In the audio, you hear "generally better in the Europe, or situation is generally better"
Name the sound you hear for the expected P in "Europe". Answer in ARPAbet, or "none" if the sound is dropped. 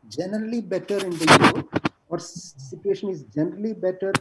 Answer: none